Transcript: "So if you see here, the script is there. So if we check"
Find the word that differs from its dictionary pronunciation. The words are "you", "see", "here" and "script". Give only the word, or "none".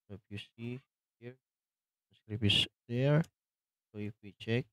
script